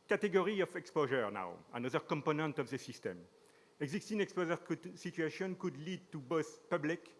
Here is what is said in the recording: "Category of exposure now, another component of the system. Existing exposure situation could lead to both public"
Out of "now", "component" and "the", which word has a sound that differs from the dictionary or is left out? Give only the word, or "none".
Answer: none